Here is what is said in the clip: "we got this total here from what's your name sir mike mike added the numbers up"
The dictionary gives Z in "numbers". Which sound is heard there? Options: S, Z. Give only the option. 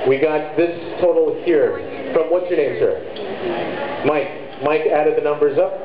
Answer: Z